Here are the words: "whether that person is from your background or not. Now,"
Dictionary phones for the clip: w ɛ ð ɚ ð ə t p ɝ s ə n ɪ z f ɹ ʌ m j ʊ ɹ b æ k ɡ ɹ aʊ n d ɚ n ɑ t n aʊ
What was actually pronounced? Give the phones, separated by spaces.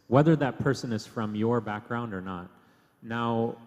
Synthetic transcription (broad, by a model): w ɛ ð ɚ ð ə t p ɝ s ə n ɪ z f ɹ ʌ m j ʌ ɹ b æ k ɡ ɹ aʊ n d ɚ n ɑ t n aʊ